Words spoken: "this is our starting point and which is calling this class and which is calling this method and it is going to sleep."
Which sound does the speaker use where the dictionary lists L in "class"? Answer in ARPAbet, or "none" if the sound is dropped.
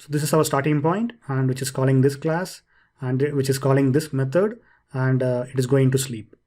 L